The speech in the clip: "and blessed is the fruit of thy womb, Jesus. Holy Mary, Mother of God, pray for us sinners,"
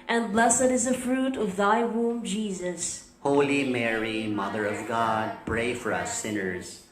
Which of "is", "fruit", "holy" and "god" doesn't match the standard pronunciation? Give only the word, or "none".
none